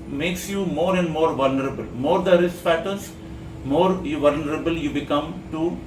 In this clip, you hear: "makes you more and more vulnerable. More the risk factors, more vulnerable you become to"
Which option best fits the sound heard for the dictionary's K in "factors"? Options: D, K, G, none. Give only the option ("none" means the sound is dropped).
none